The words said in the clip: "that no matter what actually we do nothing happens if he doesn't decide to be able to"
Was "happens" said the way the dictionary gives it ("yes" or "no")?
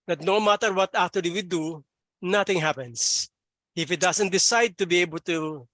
no